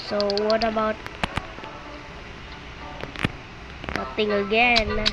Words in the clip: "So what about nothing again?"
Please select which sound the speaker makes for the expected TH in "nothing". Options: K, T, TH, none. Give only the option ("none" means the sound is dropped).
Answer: T